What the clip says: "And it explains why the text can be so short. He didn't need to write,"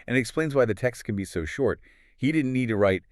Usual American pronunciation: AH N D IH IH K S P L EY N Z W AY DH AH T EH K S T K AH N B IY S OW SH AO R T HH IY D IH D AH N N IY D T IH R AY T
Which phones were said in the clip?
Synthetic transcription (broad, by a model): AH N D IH IH K S P L EY N Z W AY DH AH T EH K S T K AH N B IY S OW SH AO R T HH IY D IH D N N IY D T IH R AY T